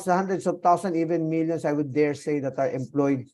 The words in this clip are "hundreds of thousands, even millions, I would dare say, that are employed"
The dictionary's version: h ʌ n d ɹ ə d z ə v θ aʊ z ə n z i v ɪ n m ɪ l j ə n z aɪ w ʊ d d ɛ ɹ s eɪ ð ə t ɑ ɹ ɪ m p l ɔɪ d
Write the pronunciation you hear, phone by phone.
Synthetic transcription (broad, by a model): h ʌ n d ɹ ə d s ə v t aʊ s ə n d i v ɪ n m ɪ l j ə n s aɪ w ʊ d d ɛ ɹ s eɪ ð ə t ɑ ɹ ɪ m p l ɔɪ d